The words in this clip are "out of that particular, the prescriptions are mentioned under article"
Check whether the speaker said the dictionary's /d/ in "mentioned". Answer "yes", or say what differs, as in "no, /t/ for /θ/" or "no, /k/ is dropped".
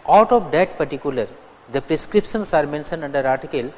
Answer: no, /d/ is dropped